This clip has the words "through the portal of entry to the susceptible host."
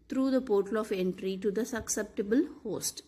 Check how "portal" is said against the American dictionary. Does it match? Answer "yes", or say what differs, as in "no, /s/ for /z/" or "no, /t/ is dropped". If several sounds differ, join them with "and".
yes